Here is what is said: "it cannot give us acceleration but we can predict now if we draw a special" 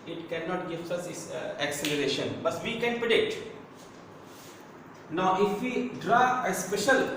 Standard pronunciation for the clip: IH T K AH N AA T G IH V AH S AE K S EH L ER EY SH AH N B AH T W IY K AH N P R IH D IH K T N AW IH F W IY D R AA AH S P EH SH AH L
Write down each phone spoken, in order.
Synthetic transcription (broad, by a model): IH T K AH N AA T G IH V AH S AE K S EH L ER EY SH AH N B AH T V IY K AH N P R IH D IH K T N AW IH F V IY D R AA AH S P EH SH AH L